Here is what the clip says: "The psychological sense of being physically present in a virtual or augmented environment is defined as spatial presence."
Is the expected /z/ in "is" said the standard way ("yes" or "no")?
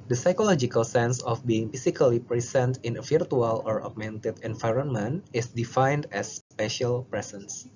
no